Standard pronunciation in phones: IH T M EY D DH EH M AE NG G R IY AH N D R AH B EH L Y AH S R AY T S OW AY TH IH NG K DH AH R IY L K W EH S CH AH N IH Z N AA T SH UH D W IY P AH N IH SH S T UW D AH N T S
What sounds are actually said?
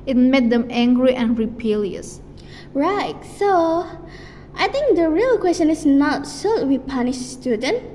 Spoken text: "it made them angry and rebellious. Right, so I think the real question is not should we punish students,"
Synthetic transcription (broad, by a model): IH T M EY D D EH M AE NG G R IY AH N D R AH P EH L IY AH S R AY T S OW AY T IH NG K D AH R IY L K W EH S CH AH N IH S N AA T S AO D W IY P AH N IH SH S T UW D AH N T